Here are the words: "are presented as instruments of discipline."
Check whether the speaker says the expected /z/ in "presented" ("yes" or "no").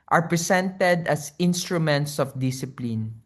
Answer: no